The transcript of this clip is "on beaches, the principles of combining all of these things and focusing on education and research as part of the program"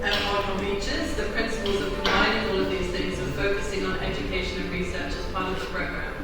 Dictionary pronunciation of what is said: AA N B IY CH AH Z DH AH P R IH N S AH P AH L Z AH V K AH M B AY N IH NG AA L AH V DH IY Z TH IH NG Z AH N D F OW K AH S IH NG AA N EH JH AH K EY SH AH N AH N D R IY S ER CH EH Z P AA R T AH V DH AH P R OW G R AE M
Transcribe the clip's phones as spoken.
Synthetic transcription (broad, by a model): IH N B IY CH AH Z DH AH P R IH N S AH P AH L Z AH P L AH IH IH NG AA L AH V DH IY Z TH IH NG Z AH F OW K AH S IH NG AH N EH JH AH K EY SH AH N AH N R IY S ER CH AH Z P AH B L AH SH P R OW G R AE